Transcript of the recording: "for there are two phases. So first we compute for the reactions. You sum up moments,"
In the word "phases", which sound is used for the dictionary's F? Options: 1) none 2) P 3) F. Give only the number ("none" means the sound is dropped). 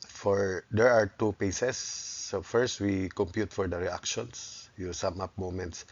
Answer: 2